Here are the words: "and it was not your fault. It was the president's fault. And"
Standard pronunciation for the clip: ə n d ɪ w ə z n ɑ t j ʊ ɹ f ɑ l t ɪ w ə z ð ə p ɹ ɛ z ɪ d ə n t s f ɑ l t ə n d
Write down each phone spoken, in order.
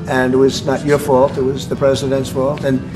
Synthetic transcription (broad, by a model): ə n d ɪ w ə z n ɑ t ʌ ɹ f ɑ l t ɪ w ə z ð ə p ɹ ɛ z ɪ d ə n t s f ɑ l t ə n